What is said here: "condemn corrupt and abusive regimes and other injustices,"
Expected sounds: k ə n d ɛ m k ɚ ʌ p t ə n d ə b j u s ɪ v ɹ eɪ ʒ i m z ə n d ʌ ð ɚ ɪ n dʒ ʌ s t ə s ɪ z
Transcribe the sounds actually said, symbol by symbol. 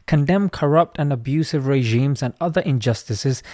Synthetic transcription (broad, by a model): k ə n d ɛ m k ɚ ʌ p t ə n ə b j u s ɪ v ɹ eɪ ʒ i m z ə n ʌ ð ɚ ɪ n dʒ ʌ s t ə s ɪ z